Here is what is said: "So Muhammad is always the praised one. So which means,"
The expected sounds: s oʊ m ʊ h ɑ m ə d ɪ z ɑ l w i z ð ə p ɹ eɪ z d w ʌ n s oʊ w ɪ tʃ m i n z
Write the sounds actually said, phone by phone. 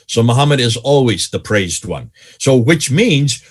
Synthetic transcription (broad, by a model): s oʊ m ʊ h ɑ m ə d ɪ z ɑ l w i z ð ə p ɹ eɪ z d w ʌ n s oʊ w ɪ tʃ m i n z